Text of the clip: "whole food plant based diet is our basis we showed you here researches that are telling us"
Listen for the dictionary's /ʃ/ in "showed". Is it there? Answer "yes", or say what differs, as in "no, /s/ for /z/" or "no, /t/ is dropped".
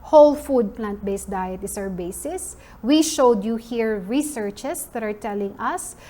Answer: yes